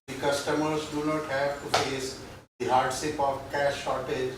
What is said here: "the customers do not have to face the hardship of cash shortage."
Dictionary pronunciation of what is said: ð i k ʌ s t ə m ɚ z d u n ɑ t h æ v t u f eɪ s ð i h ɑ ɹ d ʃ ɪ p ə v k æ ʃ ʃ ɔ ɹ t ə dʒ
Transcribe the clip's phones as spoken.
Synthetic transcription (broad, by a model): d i k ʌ s t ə m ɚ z d u n ɑ t h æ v t u f eɪ s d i h ɑ ɹ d s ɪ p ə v k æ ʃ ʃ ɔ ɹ t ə dʒ